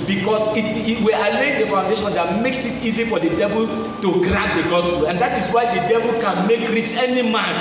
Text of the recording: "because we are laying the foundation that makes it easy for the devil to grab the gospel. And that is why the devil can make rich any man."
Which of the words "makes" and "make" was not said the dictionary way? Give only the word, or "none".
none